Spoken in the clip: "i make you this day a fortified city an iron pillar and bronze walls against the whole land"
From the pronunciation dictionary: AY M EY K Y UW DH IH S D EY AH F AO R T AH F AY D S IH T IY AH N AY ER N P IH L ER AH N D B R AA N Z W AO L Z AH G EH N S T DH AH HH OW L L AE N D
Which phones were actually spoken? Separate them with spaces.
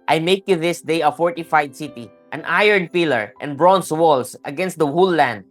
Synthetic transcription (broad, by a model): AY M EY K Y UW DH IH S D EY AH F AO R T AH F AY D S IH T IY AH N AY ER N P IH L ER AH N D B R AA N S W AO L S AH G EH N S T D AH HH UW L L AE N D